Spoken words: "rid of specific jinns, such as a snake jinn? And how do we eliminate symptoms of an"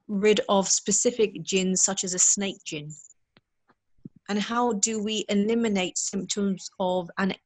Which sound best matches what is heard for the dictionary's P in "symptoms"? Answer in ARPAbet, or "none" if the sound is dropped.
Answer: P